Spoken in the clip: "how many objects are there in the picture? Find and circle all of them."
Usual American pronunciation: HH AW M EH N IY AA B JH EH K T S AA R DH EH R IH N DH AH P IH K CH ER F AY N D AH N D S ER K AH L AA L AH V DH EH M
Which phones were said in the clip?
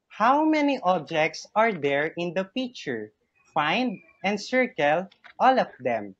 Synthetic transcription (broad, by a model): HH AW M EH N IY AA B JH EH K T S AA R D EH R IH N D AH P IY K CH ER F AY N D AH N D S ER K AH L AA L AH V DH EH M